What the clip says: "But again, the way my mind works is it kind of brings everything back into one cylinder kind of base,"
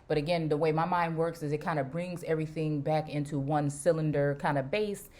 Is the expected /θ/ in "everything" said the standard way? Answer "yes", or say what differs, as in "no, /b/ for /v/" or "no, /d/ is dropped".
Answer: yes